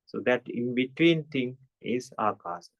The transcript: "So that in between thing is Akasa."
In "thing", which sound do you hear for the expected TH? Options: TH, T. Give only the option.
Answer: T